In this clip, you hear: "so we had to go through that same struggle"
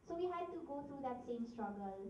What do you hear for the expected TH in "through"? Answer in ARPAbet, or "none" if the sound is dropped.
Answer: T